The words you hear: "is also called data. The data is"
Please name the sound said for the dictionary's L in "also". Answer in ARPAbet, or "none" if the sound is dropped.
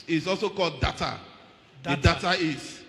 L